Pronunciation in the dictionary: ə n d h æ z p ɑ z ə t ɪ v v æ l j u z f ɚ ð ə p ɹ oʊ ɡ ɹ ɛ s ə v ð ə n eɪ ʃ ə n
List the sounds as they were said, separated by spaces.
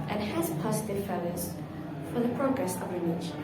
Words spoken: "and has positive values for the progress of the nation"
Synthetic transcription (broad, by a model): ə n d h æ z p ɑ z ə t ɪ v f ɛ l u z f ɚ ð ə p ɹ oʊ ɡ ɹ ɛ s ə v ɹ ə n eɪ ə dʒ